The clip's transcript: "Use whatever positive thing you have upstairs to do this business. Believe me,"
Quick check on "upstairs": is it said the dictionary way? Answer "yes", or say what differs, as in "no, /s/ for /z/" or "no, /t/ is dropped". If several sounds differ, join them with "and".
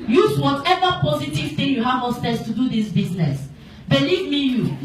no, /p/ is dropped